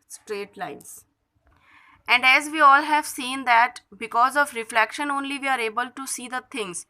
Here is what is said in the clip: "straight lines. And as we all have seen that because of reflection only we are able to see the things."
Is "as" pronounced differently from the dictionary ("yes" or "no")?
no